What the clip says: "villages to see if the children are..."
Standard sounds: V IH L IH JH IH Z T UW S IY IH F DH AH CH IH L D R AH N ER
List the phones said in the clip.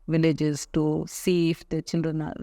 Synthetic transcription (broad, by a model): V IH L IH JH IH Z T UW S IY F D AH CH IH N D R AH N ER